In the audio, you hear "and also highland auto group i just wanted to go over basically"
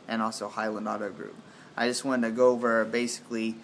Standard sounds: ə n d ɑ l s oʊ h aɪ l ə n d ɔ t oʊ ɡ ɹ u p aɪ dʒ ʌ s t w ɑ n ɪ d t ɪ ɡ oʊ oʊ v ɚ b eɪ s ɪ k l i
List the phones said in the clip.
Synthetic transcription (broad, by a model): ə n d ɑ l s oʊ h aɪ l ə n d ɔ t oʊ ɡ ɹ u p aɪ dʒ ʌ s t w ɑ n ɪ t ɪ ɡ oʊ oʊ v ɚ b eɪ s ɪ k l i